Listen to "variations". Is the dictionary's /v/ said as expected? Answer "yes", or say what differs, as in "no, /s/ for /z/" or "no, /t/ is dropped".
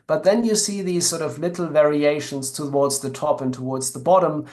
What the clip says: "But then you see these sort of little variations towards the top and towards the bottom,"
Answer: yes